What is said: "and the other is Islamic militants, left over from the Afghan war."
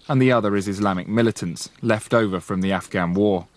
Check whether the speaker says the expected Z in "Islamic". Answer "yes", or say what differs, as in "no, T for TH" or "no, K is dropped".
yes